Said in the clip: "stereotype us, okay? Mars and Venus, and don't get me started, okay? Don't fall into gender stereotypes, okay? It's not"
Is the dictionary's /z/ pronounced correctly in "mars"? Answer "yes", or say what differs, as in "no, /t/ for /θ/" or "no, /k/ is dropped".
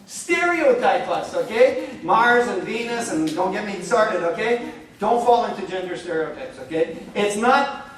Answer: yes